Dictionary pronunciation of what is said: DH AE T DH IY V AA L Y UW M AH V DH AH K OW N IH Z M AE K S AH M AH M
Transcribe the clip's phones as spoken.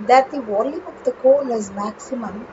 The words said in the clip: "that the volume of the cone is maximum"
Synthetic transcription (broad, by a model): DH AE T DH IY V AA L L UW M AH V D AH K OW L IH Z M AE K S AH M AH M